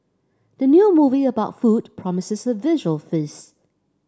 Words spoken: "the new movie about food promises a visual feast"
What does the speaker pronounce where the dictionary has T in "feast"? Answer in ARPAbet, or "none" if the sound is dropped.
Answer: none